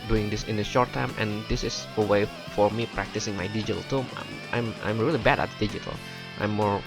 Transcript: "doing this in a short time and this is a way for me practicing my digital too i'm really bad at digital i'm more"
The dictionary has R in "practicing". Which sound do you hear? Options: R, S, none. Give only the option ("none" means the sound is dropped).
R